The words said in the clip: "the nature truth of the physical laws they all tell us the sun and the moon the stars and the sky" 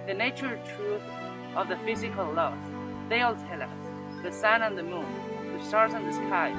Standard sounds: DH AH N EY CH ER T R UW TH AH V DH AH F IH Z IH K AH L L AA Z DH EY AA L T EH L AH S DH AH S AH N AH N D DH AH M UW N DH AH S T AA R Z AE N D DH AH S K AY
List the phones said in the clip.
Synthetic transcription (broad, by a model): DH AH N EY CH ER T R UW TH AH V DH AH F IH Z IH K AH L L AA S DH EY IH L T EH L AH S DH AH S AH N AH N DH AH M UW N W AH S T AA R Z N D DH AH S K AY